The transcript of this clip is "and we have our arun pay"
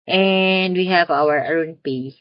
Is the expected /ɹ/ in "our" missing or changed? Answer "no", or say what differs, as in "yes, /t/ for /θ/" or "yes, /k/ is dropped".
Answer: yes, /w/ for /ɹ/